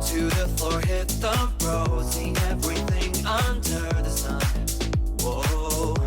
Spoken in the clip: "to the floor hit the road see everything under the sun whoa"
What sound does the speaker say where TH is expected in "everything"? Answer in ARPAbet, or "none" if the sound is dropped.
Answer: TH